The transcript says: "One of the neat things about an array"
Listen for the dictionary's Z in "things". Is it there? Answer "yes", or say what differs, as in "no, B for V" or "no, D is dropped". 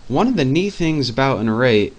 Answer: yes